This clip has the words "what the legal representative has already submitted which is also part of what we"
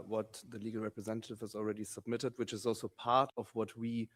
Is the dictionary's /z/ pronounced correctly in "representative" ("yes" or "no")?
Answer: yes